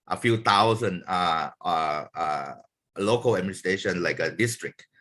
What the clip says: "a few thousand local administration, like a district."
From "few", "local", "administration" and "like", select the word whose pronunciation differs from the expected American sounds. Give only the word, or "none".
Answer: administration